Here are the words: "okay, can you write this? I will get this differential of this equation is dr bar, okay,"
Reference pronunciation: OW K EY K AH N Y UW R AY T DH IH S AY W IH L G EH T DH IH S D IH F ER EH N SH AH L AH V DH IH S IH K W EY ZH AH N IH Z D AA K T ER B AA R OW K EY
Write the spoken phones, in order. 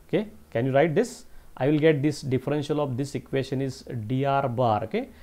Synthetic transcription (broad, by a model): OW K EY K AH N Y UW R AY T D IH S AY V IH L G EH T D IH S D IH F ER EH N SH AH L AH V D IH S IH K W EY SH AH N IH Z D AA T B AA R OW K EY